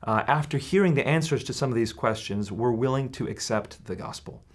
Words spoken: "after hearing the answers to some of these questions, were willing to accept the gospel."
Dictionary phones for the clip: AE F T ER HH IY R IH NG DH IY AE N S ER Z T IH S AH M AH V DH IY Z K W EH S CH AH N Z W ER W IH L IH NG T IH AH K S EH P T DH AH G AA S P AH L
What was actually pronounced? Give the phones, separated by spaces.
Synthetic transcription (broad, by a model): AE F T ER HH IY R IH NG DH IY AE N S ER Z T IH S AH M AH V DH IY Z K W EH S CH AH N Z W ER W IH L IH NG T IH AH K S EH P T DH AH G AA S P L